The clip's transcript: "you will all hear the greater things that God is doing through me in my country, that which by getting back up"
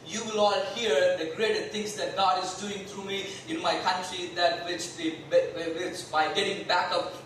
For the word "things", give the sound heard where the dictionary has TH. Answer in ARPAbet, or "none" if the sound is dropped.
S